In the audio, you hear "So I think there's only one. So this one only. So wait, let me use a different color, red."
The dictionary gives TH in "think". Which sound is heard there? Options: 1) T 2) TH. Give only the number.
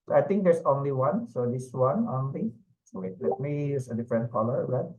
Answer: 1